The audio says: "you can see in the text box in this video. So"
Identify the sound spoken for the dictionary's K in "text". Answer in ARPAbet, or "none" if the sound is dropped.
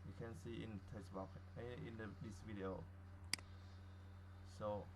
none